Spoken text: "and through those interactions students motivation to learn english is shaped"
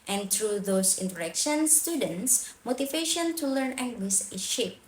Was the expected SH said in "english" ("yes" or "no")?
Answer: no